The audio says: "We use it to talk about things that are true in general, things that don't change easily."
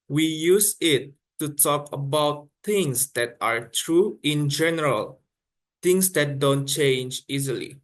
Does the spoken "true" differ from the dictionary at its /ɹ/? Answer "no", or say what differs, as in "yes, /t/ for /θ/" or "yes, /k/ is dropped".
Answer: no